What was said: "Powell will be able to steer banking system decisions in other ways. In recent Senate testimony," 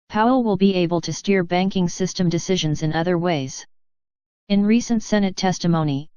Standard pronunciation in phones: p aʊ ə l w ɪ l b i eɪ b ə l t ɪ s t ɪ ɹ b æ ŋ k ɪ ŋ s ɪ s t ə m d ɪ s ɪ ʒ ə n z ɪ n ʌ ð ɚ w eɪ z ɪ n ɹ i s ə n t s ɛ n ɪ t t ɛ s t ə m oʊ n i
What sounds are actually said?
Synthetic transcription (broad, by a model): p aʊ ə l w ɪ l b i eɪ b ə l t ɪ s t ɪ ɹ b æ ŋ k ɪ ŋ s ɪ s t ə m d ɪ s ɪ ʒ ə n z ɪ n ʌ ð ɚ w eɪ z ɪ n ɹ i s ə n t s ɛ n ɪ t t ɛ s t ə m oʊ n i